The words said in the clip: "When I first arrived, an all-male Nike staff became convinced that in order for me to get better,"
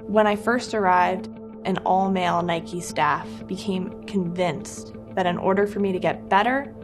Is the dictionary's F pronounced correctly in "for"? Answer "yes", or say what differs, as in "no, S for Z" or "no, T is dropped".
yes